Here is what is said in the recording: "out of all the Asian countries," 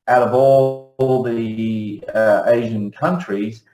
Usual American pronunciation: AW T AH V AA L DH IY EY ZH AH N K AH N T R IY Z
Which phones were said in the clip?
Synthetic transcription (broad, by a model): AW T AH V AA L DH IY EY ZH AH N K AH N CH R IY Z